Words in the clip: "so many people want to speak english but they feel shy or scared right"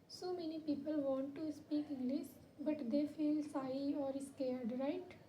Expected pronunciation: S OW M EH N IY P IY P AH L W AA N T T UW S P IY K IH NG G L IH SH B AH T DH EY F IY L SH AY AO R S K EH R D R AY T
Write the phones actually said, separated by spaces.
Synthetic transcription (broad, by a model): S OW M EH N IY P IY P AH L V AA N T T UW S P IY K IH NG G L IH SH B AH T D EY F IY L S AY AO R S K EH R D R AY T